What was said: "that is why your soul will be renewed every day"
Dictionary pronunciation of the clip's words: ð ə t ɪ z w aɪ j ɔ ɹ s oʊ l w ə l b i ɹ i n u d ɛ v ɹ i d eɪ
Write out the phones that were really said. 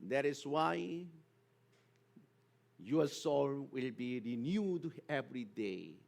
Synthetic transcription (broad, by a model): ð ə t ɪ s w aɪ j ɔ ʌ s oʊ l w ə l b i ɹ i n u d ɛ v ɹ i d eɪ